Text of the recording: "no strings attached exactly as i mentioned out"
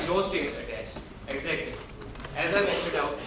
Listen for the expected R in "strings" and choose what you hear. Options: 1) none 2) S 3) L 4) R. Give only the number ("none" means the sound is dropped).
1